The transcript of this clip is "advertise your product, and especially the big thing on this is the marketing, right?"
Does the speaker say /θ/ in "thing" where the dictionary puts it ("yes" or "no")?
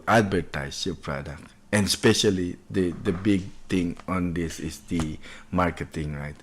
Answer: no